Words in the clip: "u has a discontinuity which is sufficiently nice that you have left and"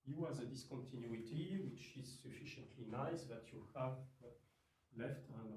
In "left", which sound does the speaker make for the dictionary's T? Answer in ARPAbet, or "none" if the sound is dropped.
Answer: T